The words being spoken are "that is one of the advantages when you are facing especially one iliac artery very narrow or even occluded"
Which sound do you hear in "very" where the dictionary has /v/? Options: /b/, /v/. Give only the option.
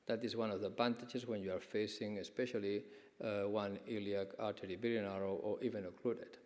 /b/